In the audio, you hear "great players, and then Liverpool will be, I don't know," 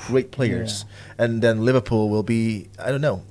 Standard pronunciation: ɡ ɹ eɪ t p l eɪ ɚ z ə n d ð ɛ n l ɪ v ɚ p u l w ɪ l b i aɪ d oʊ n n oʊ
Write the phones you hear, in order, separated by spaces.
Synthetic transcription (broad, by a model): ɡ ɹ eɪ t p l eɪ ɚ z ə n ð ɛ n l ɪ v ɚ p u l w ɪ l b i aɪ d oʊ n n oʊ